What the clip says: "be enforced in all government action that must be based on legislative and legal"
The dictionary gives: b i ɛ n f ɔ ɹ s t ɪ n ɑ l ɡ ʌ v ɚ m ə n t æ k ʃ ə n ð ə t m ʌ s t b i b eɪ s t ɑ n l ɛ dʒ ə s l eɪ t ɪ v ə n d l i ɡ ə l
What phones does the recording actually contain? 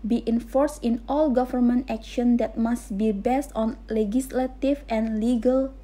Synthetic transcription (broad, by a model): b i ɛ n f ɔ ɹ s t ɪ n ɑ l ɡ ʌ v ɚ m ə n t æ k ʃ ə n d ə t m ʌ s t b i b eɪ s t ɑ n l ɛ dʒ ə s l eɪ t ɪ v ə n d l i ɡ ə l